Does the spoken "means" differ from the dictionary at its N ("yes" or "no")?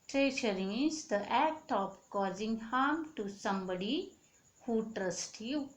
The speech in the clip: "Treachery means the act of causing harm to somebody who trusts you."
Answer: yes